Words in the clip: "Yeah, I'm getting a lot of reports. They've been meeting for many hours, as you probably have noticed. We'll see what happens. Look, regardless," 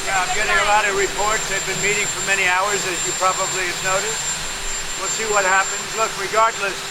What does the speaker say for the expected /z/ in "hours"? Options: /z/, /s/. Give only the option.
/z/